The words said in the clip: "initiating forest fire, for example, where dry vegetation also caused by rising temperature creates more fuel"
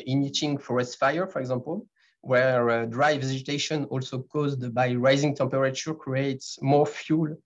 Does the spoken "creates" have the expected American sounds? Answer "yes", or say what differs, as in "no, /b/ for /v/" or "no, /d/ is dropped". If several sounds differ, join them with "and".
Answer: yes